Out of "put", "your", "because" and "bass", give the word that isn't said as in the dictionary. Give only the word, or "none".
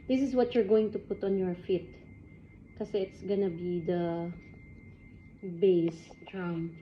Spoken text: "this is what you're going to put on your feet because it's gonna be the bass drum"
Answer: because